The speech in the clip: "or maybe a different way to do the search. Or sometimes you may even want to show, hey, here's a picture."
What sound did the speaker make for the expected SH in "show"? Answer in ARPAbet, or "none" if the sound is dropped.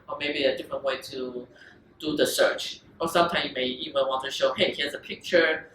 SH